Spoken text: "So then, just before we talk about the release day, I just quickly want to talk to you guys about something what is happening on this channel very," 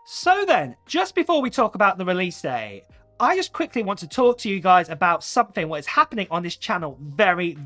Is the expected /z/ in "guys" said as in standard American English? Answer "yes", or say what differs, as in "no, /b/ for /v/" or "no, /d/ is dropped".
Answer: yes